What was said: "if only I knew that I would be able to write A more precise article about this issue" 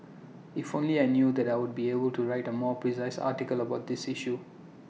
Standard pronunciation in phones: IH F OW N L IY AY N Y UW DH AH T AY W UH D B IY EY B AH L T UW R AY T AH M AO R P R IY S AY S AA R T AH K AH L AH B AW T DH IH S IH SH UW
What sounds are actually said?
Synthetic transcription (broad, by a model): IH F OW N L IY AY N Y UW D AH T AY W UH D B IY EY B AH L T UW R AY T AH M AO P R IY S AY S AA T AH K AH L AH B AW T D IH S IH SH UW